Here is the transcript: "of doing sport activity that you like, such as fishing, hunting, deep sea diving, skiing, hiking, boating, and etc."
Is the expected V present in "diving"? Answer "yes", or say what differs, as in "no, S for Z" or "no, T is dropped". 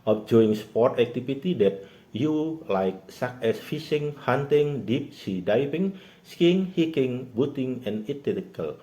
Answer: no, P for V